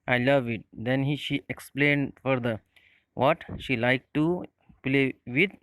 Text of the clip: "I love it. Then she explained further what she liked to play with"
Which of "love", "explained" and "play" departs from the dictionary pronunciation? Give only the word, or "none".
none